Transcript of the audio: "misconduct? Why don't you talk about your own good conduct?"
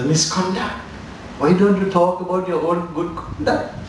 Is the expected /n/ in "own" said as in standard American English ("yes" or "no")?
no